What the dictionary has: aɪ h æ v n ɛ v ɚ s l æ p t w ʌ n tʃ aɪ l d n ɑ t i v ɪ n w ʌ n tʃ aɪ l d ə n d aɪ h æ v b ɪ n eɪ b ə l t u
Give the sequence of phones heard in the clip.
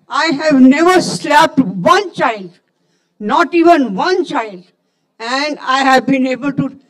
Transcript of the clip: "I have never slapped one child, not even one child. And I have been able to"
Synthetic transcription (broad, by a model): aɪ h æ v n ɛ v ɚ s l æ p t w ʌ n tʃ aɪ l d n ɑ t i v ɪ n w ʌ n tʃ aɪ l d ə n d aɪ h æ v b ɪ n eɪ b ə l t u